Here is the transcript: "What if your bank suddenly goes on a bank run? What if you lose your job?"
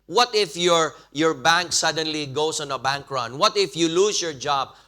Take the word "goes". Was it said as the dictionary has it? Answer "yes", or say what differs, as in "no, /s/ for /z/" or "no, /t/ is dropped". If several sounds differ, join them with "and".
no, /s/ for /z/